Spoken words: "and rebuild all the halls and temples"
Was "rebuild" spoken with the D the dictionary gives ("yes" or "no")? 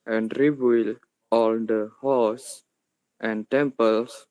no